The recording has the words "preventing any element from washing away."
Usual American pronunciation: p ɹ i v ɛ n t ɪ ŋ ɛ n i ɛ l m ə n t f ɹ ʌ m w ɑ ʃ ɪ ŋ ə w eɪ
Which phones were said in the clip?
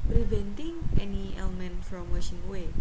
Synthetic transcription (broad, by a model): p ɹ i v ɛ n t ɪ ŋ ɛ n i ɛ l m ə n t f ɹ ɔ m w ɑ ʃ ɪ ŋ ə w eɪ